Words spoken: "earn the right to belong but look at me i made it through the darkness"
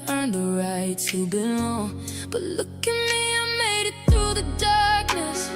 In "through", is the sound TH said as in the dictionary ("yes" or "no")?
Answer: yes